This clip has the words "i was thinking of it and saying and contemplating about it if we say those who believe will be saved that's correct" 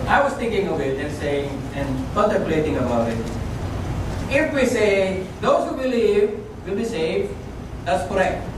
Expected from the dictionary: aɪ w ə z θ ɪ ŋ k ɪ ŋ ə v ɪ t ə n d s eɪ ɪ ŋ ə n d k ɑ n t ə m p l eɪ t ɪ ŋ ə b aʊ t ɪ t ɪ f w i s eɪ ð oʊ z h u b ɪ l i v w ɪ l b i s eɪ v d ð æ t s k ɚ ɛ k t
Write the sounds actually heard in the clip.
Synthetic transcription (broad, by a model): aɪ w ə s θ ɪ ŋ k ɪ ŋ ə v ɪ t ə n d s eɪ ɪ ŋ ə n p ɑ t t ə p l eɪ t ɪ ŋ ə b aʊ t ɪ t ɪ f w i s eɪ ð oʊ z h u b ɪ l i v w ɪ l b i s eɪ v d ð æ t s k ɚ ɛ k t